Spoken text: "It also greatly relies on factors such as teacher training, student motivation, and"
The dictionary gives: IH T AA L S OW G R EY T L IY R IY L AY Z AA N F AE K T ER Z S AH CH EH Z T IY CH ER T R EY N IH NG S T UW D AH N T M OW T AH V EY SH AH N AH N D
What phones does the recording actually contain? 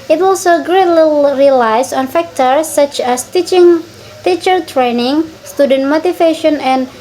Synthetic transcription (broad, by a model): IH T AA L S OW G R EY T L IY R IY L AY S AA N F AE K T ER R S AH CH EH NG T IY CH ER T R EY N IH NG S T UW D AH N T M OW T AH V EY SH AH N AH N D